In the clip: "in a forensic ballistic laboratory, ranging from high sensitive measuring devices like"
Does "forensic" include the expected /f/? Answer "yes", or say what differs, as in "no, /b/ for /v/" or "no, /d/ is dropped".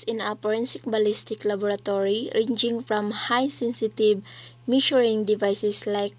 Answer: no, /p/ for /f/